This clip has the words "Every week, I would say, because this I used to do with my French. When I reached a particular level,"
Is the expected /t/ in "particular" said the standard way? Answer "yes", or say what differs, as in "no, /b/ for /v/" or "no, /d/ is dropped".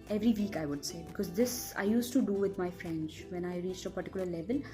yes